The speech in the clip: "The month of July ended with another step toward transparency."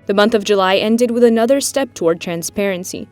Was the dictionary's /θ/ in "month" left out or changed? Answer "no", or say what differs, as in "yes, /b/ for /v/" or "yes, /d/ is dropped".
no